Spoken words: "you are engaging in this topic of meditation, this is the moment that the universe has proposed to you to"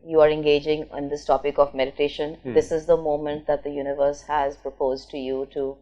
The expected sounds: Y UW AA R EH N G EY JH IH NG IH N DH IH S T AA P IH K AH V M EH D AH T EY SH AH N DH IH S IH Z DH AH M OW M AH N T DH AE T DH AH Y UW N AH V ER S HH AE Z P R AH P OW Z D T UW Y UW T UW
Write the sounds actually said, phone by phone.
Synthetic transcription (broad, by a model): Y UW AA R EH N G EY JH IH NG IH N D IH S T AA P IH K AH V M EH D AH T EY SH AH N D IH S IH Z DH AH M OW M AH N T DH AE T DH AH Y UW N AH V ER S HH AE Z P R AH P OW Z D T UW Y UW T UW